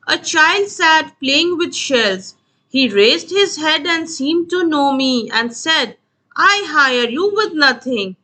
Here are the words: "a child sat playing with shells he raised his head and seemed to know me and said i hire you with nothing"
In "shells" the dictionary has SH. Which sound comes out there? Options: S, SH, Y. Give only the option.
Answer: SH